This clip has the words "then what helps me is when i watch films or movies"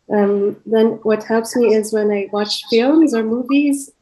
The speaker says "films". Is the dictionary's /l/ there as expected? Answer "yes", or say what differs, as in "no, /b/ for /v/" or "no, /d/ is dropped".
yes